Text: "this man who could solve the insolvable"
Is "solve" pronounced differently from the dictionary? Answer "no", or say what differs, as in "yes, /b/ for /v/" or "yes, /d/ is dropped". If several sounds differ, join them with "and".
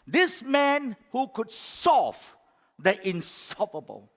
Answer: yes, /l/ is dropped